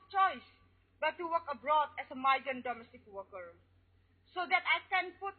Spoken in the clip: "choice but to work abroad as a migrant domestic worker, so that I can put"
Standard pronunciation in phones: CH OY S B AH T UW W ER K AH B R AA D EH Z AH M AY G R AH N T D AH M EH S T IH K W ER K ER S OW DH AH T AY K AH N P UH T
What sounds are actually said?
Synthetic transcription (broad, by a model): CH OY S B AH T UW W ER K AH B R AA D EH S AH M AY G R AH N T D AH M EH S T IH K W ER K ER S OW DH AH T AY K AH N P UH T